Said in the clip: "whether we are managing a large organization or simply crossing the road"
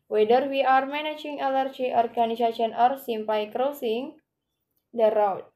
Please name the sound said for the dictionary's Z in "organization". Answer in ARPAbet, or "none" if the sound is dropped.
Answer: S